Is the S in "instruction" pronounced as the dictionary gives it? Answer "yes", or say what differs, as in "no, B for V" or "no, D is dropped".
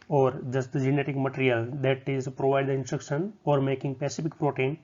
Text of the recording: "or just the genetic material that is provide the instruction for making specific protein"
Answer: yes